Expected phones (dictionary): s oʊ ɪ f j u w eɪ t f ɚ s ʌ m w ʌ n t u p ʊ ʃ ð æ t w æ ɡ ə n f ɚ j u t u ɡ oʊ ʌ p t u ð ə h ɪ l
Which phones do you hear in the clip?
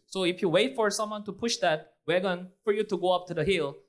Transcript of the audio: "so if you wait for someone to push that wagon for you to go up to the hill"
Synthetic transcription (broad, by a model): s oʊ ɪ f j u w eɪ t f ɚ s ʌ m w ʌ n t u p ʊ ʃ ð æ t w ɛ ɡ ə n f ɚ j u t u ɡ oʊ ʌ p t u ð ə h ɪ l